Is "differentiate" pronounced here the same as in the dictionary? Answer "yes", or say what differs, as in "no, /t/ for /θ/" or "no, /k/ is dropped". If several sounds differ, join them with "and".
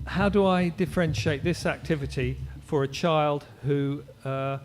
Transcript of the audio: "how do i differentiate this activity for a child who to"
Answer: yes